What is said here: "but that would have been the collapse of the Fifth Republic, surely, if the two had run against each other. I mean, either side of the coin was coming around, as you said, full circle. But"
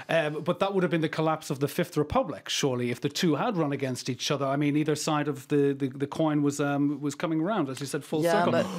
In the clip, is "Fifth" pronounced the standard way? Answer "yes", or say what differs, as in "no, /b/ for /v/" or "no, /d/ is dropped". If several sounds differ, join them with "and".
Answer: yes